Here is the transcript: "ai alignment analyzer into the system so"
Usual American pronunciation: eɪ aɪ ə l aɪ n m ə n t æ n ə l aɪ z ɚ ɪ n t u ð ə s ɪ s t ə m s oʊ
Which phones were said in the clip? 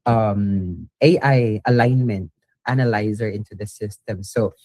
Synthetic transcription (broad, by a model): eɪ aɪ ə l aɪ n m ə n t æ n ə l aɪ z ɚ ɪ n t u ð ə s ɪ s t ə m s oʊ